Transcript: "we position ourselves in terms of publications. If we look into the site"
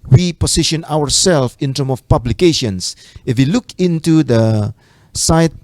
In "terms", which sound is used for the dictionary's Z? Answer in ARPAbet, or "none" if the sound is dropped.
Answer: none